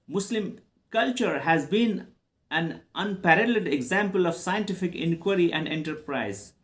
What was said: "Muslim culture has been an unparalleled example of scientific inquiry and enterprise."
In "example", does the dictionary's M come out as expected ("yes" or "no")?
yes